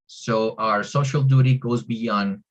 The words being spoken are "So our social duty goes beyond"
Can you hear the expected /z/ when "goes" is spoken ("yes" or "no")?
yes